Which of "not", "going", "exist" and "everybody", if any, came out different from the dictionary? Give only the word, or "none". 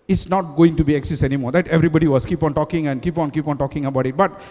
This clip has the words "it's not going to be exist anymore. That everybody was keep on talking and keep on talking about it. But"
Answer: exist